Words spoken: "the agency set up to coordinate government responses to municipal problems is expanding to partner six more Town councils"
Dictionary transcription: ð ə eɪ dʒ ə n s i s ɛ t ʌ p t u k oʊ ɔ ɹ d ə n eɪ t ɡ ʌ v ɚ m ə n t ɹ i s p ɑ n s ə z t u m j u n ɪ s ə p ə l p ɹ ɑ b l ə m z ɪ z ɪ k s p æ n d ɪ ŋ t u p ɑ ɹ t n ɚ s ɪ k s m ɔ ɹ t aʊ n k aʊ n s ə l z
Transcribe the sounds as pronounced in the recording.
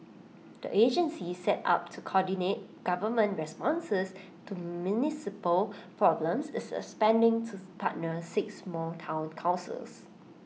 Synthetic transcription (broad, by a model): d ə eɪ dʒ ə n s i s ɛ t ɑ p t u k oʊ ɔ d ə n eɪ t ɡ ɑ v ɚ m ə n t ɹ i s p ɑ n s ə s t u m j u n ɪ s ə p ə l p ɹ ɑ b l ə m s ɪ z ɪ s p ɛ n d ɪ ŋ t u p ɑ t n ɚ s ɪ k s m ɔ t aʊ n k aʊ n s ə l s